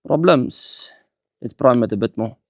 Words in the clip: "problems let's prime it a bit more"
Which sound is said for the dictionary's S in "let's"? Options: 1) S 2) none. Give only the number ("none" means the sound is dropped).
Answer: 2